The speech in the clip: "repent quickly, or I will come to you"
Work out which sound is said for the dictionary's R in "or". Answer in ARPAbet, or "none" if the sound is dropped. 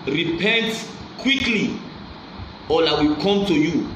L